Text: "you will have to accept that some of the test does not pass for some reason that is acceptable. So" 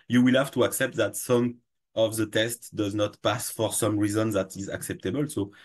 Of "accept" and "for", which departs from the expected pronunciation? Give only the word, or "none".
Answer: none